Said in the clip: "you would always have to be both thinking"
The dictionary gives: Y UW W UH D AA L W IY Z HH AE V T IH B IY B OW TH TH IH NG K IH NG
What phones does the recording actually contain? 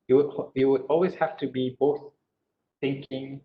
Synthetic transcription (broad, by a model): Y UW W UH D AA L W IY Z HH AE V T IH B IY B OW TH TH IH NG K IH NG